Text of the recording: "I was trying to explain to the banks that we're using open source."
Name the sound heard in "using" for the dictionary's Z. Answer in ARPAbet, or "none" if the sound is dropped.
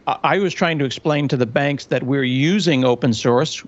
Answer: Z